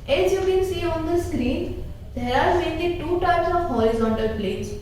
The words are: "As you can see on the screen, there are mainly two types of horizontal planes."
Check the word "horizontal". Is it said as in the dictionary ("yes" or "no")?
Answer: no